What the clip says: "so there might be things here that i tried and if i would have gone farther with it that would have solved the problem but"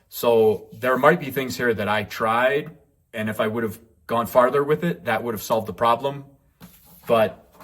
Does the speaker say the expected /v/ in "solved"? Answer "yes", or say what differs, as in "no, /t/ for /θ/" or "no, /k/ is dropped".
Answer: yes